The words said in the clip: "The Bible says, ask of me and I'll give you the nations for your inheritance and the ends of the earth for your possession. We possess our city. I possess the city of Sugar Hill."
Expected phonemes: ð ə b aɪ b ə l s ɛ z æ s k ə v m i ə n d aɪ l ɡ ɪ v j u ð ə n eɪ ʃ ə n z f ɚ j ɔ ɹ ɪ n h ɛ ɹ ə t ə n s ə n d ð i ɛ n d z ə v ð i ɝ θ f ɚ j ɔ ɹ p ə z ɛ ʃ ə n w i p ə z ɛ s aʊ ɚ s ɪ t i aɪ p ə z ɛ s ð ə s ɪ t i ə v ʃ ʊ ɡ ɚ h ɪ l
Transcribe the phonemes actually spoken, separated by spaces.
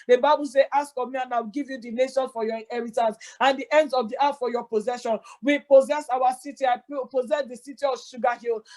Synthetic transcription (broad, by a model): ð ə b aɪ b ə l s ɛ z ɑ s k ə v m i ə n aɪ w ɡ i v j u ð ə n eɪ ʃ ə n f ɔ j ɔ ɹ ɪ n h ɛ ɹ ə t ə n s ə n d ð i ɛ n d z ə v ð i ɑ t f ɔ j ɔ p ə z ɛ ʃ ə n w i p ə z ɛ s aʊ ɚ s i t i aɪ p ə z ɛ s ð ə s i t i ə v ʃ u ɡ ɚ h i l